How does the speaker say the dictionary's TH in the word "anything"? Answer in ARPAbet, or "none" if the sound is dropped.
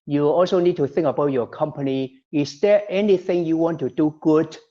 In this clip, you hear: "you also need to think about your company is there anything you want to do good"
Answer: TH